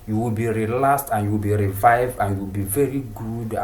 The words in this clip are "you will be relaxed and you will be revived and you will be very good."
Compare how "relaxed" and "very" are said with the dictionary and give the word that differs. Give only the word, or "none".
relaxed